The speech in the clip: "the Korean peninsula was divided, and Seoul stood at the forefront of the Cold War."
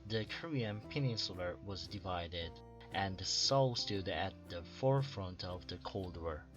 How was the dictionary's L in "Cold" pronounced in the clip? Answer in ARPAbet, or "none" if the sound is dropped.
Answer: L